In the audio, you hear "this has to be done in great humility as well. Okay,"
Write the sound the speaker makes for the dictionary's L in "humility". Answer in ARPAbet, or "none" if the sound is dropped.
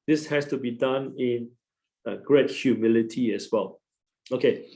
L